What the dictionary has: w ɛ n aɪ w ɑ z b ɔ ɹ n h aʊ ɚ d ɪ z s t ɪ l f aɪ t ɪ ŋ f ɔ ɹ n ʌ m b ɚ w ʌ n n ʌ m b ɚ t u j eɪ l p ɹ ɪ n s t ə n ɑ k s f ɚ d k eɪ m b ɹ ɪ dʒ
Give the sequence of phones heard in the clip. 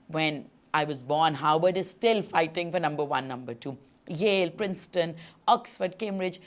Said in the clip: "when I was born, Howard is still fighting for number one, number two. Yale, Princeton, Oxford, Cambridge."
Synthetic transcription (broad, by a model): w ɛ n aɪ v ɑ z b ɔ ɹ n h aʊ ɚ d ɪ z s t ɪ l f aɪ t ɪ ŋ f ɔ ɹ n ʌ m b ɚ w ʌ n n ʌ m b ɚ t u j eɪ l p ɹ ɪ n s t ə n ɑ k s f ɚ d k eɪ m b ɹ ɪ dʒ